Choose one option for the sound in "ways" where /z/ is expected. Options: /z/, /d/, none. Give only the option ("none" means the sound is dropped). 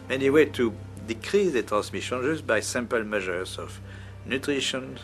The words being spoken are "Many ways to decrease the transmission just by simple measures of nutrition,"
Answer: none